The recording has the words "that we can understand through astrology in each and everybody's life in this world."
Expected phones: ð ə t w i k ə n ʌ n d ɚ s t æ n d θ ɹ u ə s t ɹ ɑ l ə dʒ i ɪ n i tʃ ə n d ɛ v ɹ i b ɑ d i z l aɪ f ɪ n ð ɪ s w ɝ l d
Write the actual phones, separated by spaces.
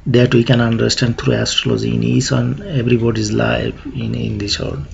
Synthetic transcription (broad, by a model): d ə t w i k ə n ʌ n d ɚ s t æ n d t ɹ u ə s t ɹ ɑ l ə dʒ i ɪ n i s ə n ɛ b ɹ i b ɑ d i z l aɪ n ɪ n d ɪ s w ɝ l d